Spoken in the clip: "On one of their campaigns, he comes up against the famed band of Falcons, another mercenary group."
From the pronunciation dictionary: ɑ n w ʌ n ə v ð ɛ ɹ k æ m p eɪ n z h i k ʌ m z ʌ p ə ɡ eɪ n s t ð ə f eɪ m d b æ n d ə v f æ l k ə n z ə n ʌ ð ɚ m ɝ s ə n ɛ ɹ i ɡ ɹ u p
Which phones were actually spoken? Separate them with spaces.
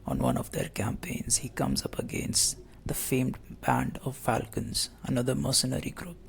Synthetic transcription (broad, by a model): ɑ n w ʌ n ə v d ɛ ɹ k æ m p eɪ n z h i k ʌ m z ʌ p ə ɡ eɪ n s t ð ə f eɪ m d b æ n d ə v f æ l k ə n z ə n ʌ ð ɚ m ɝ s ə n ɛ ɹ i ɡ ɹ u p